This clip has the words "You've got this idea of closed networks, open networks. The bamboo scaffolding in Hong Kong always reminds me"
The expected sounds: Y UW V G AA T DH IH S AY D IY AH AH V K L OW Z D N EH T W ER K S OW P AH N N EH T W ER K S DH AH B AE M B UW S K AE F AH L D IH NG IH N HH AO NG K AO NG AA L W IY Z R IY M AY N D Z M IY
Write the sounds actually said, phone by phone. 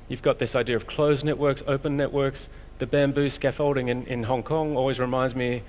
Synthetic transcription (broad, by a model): Y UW V G AA T DH IH S AY D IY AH AH V K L OW Z N EH T W ER K S OW P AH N N EH T W ER K S DH AH B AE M B UW S K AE F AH L D IH NG IH N HH AO NG K AO NG AA L W IY Z R IY M AY N D Z M IY